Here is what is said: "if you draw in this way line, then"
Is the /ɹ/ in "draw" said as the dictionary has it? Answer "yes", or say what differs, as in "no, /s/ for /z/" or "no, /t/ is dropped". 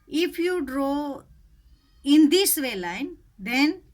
yes